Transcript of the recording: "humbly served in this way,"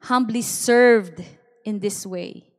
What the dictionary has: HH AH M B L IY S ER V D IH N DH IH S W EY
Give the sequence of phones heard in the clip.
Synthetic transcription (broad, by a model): HH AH M B L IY S ER V D IH N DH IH S W EY